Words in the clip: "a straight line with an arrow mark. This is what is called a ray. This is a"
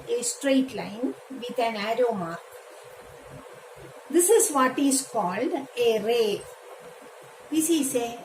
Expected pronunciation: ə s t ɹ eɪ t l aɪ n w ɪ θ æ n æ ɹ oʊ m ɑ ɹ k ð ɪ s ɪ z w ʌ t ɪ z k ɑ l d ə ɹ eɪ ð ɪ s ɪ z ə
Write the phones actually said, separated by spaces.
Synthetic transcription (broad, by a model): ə s t ɹ eɪ t l aɪ n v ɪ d æ n æ ɹ oʊ m ɑ ɹ k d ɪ s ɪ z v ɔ t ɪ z k ɑ l d ə ɹ eɪ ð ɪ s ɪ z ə